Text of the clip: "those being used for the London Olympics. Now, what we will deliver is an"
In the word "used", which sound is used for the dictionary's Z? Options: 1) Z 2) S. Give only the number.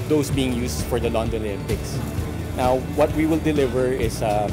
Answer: 2